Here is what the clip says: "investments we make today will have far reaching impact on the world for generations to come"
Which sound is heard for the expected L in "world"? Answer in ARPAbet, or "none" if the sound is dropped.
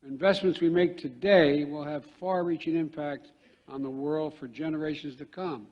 L